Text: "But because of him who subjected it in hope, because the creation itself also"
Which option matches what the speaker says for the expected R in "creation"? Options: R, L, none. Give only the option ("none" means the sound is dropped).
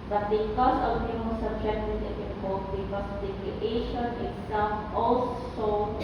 none